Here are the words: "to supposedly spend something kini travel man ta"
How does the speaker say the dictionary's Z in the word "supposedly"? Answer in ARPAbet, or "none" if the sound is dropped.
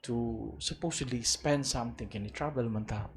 S